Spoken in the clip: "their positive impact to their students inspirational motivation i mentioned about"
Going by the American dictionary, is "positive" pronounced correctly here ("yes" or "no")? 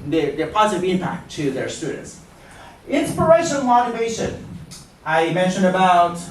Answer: yes